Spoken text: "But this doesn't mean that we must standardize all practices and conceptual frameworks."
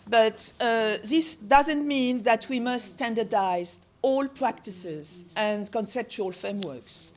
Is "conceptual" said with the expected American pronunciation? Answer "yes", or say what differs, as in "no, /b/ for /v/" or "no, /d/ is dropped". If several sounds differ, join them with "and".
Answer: yes